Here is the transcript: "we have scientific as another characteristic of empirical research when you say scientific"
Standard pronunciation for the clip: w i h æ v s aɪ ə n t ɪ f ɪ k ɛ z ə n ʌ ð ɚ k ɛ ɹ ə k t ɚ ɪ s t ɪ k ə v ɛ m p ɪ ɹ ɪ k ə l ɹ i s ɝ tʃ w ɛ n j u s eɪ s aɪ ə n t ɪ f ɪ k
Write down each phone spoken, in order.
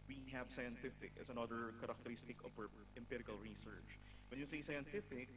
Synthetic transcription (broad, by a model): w i h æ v s aɪ ə n t ɪ f ɪ k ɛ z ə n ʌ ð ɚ k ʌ ɹ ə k t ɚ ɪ s t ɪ k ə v ɛ m p ɪ ɹ ɪ k ə l ɹ i s ɝ tʃ w ɛ n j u s eɪ s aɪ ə n t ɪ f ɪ k